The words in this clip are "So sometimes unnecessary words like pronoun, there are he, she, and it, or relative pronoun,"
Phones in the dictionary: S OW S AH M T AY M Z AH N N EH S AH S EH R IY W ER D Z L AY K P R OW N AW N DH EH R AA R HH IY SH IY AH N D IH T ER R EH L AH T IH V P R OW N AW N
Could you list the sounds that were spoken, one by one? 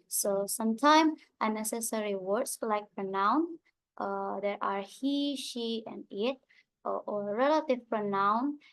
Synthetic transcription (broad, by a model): S OW S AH M T AY M AH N N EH S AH S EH R IY W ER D S L AY K P R OW N AW N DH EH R AA R HH IY SH IY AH N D IH T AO R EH L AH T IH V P R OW N AW N